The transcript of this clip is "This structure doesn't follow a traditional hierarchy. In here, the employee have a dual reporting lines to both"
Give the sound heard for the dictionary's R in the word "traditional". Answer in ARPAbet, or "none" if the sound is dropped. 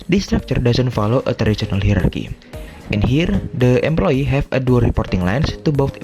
none